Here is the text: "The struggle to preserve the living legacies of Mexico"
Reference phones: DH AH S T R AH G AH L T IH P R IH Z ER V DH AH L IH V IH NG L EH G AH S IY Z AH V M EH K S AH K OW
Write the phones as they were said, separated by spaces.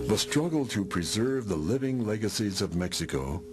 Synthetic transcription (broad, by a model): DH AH S T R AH G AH L T IH P R IH Z ER V DH AH L IH V IH NG L EH G AH S IY Z AH V M EH K S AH K OW